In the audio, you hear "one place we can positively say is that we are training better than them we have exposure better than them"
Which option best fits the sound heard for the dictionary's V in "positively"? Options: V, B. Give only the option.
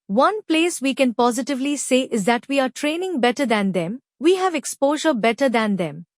V